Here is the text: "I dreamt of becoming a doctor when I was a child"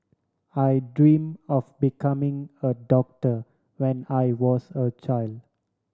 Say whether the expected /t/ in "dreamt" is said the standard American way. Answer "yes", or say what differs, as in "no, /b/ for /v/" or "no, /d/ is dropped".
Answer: no, /t/ is dropped